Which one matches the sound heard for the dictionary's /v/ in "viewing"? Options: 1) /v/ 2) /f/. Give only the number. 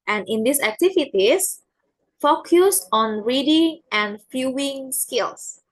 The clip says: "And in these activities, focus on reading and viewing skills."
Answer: 2